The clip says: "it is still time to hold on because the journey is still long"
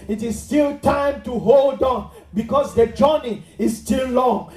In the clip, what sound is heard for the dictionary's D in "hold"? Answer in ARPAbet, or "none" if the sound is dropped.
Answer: D